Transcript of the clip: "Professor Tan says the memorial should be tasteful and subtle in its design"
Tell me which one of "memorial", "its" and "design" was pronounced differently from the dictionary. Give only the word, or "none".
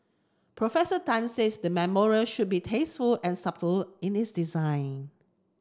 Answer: none